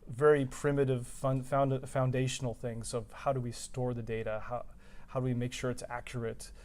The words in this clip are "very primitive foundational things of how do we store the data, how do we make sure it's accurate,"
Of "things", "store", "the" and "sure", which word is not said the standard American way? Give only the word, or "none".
none